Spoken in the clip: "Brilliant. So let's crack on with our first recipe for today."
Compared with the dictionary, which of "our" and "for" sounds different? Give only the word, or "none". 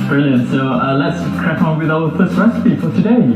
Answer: our